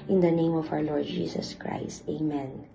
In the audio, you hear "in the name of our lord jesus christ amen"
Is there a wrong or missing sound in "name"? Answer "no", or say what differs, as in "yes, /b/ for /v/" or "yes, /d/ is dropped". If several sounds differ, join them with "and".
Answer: no